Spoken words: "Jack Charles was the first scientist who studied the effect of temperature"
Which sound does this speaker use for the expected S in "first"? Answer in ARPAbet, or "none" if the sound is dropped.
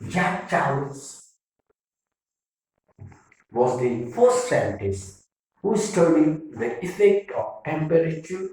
S